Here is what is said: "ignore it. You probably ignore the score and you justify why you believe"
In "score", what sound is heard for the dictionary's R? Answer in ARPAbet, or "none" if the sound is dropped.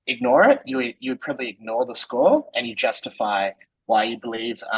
L